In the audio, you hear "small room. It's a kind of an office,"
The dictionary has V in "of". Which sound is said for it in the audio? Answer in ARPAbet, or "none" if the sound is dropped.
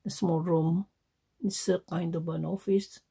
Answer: B